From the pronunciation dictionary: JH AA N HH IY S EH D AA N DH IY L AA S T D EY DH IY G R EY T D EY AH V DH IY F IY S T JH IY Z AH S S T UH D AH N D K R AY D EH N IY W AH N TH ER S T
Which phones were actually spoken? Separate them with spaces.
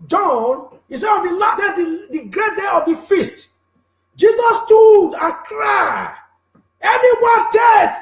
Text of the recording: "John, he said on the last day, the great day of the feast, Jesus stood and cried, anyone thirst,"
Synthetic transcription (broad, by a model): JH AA N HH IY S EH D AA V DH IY L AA T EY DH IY G R EY T D EY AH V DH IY F IY S T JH IY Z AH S S T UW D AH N K R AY EH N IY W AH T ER S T